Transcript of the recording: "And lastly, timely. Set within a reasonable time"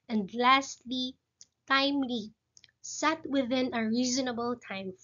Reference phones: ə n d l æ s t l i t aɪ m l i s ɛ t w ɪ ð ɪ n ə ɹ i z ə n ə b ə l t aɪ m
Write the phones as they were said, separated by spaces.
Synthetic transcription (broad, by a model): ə n d l æ s t l i t aɪ m l i s ɛ t w ɪ ð ɪ n ə ɹ i z ə n ə b ə l t aɪ m